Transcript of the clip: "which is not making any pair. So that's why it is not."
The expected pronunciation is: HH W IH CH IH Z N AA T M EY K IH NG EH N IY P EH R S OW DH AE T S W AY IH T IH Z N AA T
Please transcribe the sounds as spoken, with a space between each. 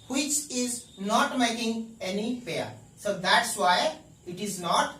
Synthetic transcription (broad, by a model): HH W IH CH IH Z N AA T M EY K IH NG EH N IY F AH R S OW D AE T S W AY IH T IH Z N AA T